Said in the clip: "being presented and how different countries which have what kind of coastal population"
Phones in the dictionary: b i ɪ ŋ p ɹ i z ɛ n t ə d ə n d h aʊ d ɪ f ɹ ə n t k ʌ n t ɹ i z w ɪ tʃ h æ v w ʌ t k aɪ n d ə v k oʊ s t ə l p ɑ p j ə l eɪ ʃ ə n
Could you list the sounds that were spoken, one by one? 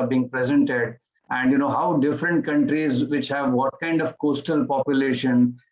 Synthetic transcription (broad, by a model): b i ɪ ŋ p ɹ i z ɛ n t ə d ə n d h aʊ d ɪ f ɹ ə n t k ʌ n t ɹ i z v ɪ tʃ h æ v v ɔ t k aɪ n d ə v k oʊ s t ə l p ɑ p j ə l eɪ ʃ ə n